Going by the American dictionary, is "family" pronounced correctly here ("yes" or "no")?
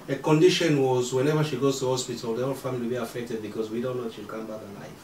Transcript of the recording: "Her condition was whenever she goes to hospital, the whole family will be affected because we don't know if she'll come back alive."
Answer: no